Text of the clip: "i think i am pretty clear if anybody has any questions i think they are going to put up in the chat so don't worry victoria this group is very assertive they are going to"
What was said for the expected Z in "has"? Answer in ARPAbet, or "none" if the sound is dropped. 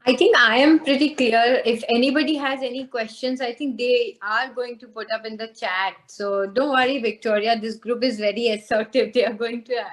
Z